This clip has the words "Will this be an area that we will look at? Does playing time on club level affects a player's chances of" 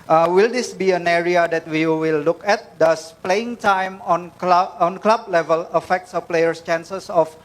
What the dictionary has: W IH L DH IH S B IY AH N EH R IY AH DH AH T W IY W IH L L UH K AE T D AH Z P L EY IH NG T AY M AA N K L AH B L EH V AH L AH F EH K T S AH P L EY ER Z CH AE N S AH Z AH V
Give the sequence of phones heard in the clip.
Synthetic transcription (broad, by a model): W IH L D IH S B IY AH N EH R IY AH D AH T W IY W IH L L UH K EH T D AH S P L EY IH NG T AY M AA N K L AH B L EH V AH L AH F EH K T S AH P L EY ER S CH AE N S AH S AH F